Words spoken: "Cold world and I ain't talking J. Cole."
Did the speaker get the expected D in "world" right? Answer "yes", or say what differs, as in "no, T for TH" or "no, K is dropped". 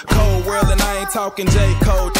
no, D is dropped